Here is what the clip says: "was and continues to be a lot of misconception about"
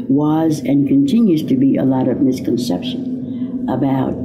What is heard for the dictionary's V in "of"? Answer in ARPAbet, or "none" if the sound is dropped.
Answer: V